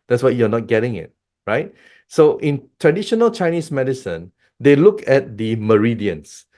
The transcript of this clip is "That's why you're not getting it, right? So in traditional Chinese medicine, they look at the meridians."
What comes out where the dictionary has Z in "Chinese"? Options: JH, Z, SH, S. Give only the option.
S